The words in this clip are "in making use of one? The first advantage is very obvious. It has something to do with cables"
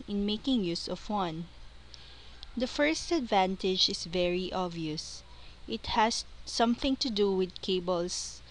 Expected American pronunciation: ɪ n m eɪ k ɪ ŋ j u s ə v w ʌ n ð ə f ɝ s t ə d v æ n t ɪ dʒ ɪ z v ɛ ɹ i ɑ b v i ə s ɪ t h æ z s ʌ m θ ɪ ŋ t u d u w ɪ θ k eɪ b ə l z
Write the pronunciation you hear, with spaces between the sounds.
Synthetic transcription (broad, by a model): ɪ n m eɪ k ɪ ŋ j u s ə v w ʌ n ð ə f ɝ s t ə d v æ n t ɪ dʒ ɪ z v ɛ ɹ i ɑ v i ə s ɪ t h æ s ʌ m θ ɪ ŋ t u d u w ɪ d k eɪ b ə l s